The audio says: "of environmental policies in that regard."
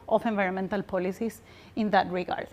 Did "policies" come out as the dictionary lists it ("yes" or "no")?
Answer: no